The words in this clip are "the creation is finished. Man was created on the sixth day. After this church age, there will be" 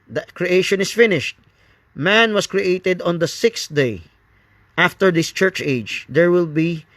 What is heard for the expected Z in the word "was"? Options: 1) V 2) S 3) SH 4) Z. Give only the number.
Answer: 2